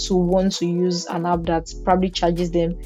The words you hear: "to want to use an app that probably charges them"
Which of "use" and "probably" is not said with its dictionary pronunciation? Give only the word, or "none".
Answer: none